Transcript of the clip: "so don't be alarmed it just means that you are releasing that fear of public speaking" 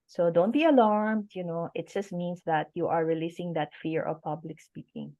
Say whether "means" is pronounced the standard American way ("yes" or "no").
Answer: no